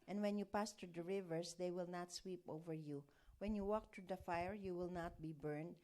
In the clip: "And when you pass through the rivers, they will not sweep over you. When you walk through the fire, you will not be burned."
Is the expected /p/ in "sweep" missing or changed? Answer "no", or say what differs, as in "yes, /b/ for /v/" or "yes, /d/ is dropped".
no